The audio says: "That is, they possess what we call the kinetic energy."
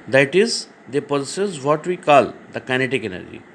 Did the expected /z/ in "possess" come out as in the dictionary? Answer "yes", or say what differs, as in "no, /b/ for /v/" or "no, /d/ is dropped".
no, /s/ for /z/